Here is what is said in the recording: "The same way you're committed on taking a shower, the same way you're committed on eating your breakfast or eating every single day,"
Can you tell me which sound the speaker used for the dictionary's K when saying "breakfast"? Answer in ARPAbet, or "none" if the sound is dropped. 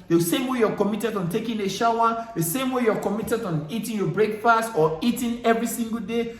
K